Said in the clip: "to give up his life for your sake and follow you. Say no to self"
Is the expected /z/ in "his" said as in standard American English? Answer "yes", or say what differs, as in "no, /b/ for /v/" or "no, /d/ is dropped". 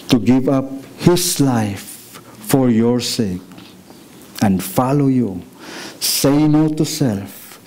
no, /s/ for /z/